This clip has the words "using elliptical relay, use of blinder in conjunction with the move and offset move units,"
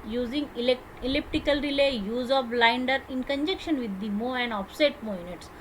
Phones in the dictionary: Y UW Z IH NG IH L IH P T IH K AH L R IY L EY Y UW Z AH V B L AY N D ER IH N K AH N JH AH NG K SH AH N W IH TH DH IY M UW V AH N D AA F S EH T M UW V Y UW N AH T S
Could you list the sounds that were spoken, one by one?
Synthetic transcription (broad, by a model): Y UW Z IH NG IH L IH P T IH K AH L R IY L EY Y UW Z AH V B L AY N D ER IH N K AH N JH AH K SH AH N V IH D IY M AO AH N D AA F S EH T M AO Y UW N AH T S